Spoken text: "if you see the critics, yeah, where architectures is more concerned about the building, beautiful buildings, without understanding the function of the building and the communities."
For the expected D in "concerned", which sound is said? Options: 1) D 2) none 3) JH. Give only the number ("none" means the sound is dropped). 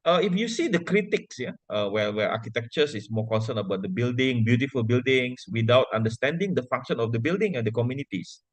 2